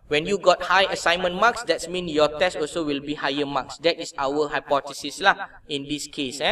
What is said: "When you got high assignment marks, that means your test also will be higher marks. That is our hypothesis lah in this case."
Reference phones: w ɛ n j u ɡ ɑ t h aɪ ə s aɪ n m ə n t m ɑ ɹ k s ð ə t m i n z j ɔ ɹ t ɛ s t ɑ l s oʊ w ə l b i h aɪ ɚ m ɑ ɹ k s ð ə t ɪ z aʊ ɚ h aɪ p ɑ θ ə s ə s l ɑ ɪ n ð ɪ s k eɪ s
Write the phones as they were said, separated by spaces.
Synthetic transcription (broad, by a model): w ɛ n j u ɡ ɑ t h aɪ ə s aɪ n m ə n m ɑ k s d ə t m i n j ɔ t ɛ s t ɑ l s oʊ w ə l b i h aɪ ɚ m ɑ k s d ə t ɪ s aʊ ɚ h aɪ p ɑ t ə s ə s l ɑ ɪ n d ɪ s k eɪ s